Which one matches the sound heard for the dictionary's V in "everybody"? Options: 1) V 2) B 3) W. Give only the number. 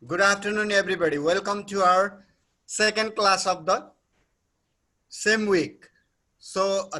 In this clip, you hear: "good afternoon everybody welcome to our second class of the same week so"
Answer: 2